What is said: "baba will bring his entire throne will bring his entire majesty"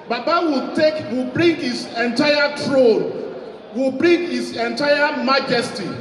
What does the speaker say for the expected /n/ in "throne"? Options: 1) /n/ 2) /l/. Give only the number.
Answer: 2